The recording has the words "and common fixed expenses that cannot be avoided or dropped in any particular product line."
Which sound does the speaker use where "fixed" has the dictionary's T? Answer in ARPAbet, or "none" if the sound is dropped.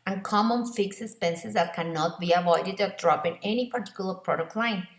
none